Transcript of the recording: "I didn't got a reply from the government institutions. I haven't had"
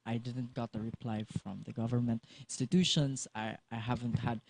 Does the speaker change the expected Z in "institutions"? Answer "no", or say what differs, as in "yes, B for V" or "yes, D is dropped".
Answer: yes, S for Z